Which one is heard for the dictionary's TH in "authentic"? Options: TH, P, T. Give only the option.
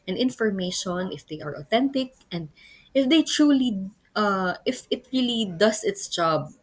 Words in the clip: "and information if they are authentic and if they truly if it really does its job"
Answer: T